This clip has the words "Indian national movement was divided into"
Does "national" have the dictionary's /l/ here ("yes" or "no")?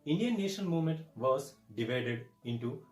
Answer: no